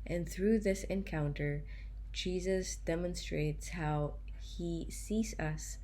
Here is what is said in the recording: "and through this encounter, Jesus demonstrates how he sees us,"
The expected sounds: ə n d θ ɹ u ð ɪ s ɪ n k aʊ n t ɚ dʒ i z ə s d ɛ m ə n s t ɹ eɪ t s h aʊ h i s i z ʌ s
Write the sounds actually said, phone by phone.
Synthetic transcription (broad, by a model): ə n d θ ɹ u ð ɪ s ɪ n k aʊ n t ɚ dʒ i z ə s d ɛ m ə n s t ɹ eɪ t s h aʊ h i s i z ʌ s